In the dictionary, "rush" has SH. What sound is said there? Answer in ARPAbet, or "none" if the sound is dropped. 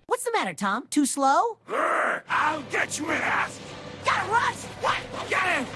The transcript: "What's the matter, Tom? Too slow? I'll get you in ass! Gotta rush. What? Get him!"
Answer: S